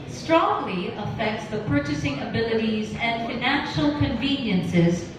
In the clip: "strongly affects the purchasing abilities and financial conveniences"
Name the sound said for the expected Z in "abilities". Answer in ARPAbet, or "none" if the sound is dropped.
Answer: Z